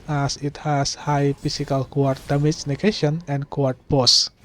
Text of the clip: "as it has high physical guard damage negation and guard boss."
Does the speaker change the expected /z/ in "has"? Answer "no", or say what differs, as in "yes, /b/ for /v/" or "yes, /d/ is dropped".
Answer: yes, /s/ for /z/